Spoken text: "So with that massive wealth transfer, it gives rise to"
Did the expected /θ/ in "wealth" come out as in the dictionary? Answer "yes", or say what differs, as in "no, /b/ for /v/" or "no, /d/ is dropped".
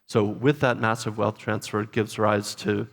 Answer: yes